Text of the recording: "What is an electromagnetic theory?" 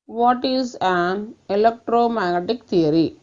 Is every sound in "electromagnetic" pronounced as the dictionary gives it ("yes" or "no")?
no